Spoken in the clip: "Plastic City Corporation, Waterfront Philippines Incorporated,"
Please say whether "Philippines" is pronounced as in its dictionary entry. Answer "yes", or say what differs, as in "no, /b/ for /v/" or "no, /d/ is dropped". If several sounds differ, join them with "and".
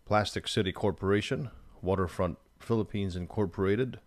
yes